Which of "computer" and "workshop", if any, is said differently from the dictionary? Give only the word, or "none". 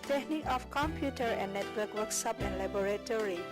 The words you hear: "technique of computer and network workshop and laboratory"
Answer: workshop